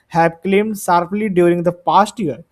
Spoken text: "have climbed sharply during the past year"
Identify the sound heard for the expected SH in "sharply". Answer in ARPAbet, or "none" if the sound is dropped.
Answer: S